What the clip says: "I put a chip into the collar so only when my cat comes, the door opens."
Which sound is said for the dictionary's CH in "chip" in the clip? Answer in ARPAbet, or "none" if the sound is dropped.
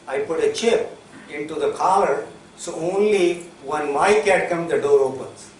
CH